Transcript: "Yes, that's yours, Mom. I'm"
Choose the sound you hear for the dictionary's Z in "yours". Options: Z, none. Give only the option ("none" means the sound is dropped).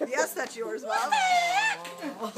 Z